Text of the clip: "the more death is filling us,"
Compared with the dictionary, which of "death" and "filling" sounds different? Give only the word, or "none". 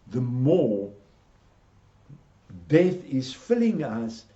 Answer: none